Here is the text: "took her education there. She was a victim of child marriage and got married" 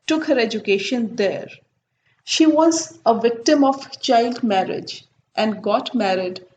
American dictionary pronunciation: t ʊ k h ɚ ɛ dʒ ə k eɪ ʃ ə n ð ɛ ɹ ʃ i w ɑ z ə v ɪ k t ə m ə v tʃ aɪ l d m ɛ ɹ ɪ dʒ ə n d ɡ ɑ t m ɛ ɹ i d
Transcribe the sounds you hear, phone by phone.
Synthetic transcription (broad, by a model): t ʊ k h ɚ ɛ dʒ ə k eɪ ʃ ə n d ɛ ɹ ʃ i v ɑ z ə v ɪ k t ə m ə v tʃ aɪ l d m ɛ ɹ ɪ dʒ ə n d ɡ ɑ t m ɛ ɹ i d